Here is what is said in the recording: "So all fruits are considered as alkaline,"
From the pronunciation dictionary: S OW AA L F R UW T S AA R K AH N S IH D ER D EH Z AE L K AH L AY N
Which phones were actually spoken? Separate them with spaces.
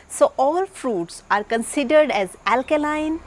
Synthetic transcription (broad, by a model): S OW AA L F R UW T S AA R K AH N S IH D ER D EH Z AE L K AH L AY N